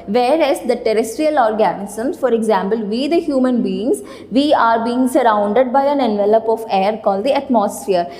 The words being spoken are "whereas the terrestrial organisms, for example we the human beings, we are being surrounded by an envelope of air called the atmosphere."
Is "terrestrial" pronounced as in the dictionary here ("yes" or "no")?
yes